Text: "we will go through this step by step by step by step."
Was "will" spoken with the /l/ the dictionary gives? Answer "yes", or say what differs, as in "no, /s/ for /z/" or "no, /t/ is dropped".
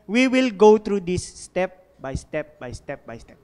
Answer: yes